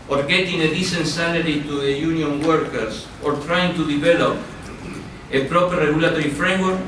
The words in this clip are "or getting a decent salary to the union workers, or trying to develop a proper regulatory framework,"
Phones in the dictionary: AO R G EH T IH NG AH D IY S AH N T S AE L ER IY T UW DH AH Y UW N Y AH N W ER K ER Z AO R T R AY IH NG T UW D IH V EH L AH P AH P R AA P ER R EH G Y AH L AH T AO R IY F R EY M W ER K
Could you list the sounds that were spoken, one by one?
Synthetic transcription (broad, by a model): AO R G EH T IH NG AH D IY S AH N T S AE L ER IY T UW DH AH Y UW N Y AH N W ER K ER S AO R T R AY IH NG T UW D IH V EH L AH P AH P R AA P ER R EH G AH L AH T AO R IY F R EY M W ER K